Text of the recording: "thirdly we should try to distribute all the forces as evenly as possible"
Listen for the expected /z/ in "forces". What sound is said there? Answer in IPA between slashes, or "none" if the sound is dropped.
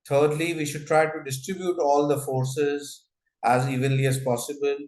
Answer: /z/